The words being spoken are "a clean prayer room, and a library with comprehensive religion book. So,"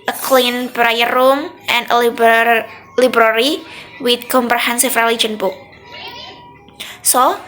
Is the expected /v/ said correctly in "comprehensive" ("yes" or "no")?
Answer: no